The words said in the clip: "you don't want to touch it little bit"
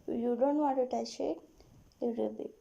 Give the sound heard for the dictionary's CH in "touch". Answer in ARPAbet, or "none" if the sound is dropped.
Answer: SH